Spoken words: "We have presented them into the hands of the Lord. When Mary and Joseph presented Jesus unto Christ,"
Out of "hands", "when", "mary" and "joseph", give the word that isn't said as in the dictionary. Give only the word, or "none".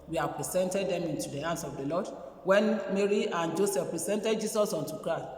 hands